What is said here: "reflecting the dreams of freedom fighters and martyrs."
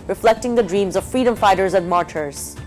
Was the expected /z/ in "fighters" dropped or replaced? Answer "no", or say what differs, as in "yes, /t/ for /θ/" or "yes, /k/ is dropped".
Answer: no